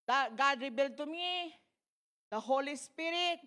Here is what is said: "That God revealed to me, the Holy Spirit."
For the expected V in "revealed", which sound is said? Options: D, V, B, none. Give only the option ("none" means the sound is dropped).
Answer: B